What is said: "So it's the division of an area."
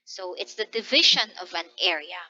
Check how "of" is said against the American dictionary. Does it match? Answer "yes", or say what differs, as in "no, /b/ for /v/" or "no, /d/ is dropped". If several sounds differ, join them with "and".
yes